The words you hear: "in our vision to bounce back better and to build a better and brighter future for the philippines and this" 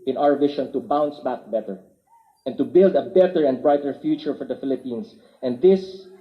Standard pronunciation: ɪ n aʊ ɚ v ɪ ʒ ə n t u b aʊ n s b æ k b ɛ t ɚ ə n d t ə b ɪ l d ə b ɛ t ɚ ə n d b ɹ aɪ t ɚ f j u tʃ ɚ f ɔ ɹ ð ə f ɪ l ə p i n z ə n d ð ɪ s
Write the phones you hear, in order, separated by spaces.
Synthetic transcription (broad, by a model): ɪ n aʊ ɚ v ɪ ʃ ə n t u b aʊ n s b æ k b ɛ t ɚ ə n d t ə b ɪ l d ə b ɛ t ɚ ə n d b ɹ aɪ t ɚ f j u tʃ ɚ f ɔ ɹ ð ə f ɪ l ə p i n s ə n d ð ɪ s